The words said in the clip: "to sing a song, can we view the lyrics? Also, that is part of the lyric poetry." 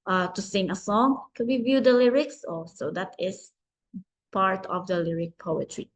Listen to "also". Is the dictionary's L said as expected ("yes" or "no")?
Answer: no